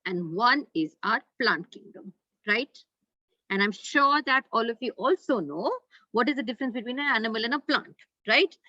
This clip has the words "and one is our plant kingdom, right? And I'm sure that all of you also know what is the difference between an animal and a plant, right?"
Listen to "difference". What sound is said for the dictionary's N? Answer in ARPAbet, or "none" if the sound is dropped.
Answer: N